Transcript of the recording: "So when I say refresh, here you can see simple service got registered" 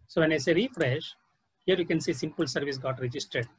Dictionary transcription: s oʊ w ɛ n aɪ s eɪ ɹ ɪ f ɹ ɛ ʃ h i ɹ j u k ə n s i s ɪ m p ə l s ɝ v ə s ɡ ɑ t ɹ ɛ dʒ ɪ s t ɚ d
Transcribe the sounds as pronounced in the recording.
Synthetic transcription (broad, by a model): s oʊ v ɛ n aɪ s eɪ ɹ ɪ f ɹ ɛ ʃ h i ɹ j u k ə n s i s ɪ m p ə l s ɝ v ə s ɡ ɑ t ɹ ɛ dʒ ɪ s t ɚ d